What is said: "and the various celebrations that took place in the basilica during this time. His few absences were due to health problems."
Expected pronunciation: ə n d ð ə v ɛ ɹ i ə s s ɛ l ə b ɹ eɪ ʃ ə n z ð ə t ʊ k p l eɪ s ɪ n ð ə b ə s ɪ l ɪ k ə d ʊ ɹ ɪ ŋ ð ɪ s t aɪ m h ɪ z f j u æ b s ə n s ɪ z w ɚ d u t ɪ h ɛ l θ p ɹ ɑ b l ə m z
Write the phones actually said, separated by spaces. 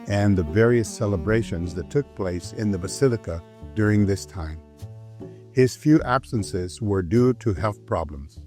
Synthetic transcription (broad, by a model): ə n ð ə v ɛ ɹ i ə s s ɛ l ə b ɹ eɪ ʃ ə n z ð ə t ʊ k p l eɪ s ɪ n ð ə b ə s ɪ l ɪ k ə d ʊ ɹ ɪ ŋ ð ɪ s t aɪ m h ɪ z f j u æ b s ə n s ɪ z w ɚ d u t ɪ h ɛ l θ p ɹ ɑ b l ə m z